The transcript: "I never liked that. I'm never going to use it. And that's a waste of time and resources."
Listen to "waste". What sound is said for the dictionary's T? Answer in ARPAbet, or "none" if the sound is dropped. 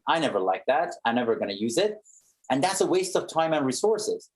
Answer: T